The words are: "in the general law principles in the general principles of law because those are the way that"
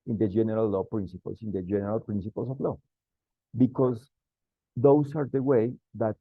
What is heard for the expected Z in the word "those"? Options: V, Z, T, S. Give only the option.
S